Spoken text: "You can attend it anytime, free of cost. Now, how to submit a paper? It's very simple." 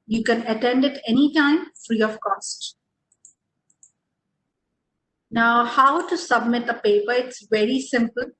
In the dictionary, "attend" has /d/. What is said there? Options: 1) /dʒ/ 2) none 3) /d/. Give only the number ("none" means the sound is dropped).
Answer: 3